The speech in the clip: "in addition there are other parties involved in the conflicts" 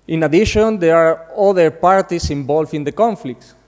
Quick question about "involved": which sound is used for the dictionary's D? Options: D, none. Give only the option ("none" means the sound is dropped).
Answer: none